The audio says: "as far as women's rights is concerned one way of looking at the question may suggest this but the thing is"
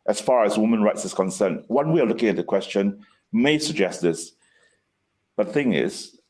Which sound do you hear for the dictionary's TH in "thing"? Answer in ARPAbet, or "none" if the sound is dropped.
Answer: TH